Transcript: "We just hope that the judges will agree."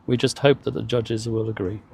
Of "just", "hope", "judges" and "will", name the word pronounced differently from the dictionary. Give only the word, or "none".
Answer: none